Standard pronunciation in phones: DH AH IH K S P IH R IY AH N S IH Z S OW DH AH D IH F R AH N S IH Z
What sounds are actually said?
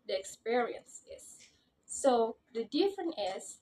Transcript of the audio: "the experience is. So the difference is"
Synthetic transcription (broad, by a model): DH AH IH K S P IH R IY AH N S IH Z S OW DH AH D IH F R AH N IH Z